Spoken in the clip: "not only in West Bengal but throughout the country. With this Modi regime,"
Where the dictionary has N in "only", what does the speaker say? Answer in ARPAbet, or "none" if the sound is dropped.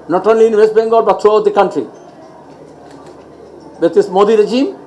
N